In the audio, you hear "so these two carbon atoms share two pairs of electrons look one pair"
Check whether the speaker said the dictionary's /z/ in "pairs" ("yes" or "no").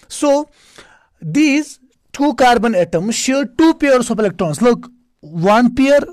no